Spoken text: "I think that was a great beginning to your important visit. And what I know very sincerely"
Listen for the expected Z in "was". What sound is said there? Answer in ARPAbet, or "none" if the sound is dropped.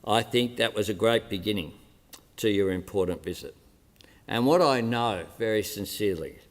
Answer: Z